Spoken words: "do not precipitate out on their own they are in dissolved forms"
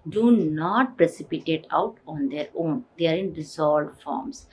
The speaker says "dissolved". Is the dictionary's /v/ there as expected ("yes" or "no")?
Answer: no